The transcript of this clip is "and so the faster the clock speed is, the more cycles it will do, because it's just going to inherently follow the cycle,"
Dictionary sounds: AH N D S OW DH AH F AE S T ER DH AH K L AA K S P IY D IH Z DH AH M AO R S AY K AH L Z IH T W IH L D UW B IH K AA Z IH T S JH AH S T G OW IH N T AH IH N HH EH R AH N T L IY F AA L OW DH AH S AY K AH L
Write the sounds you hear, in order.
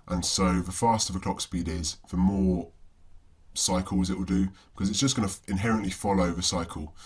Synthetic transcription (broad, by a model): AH N S OW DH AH F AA S T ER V AH K L AA K S P IY D IH Z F AH M AO S AY K AH L Z IH T W IH L D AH B IH K AA Z IH T S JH AH S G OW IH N AH IH N HH EH R AH N T L IY F AA L OW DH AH S AY K AH L